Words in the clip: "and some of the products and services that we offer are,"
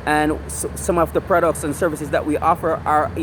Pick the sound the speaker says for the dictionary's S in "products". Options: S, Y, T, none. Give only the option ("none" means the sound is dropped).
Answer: S